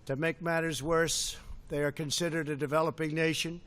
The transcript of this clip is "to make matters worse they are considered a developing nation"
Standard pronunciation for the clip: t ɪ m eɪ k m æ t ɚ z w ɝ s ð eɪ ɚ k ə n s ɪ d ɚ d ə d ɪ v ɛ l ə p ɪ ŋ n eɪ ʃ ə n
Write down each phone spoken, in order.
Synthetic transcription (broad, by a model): t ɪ m eɪ k m æ t ɚ z w ɝ s ð eɪ ɚ k ə n s ɪ d ɚ d ə d ɪ v ɛ l ə p ɪ ŋ n eɪ ʃ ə n